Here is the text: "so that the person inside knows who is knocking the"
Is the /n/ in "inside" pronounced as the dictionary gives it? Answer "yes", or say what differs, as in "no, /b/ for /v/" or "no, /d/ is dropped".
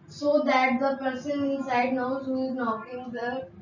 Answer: no, /n/ is dropped